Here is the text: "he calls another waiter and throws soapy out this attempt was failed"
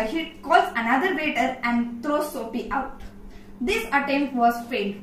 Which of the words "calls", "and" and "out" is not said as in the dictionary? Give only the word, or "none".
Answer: calls